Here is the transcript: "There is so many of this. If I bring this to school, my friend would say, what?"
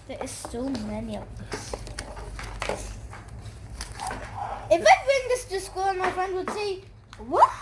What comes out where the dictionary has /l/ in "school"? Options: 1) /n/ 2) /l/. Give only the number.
1